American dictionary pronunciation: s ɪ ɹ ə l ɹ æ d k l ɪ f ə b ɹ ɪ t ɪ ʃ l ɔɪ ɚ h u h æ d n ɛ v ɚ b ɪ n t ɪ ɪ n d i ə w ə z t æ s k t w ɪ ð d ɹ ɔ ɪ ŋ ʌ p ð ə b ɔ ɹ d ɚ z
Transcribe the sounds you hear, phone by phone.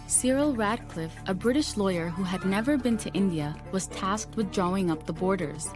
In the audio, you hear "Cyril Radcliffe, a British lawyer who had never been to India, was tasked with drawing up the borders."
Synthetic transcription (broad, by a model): s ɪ ɹ l ɹ æ d k l ɪ f ə b ɹ ɪ t ɪ ʃ l ɔɪ ɚ h u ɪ d n ɛ v ɚ b ɪ n t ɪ ɪ n d i ə w ə z t æ s k t w ɪ ð d ɹ ɔ ɪ ŋ ʌ p ð ə b ɔ ɹ d ɚ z